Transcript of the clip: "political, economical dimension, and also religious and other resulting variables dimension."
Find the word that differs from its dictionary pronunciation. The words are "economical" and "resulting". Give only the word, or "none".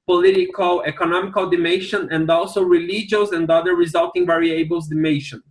none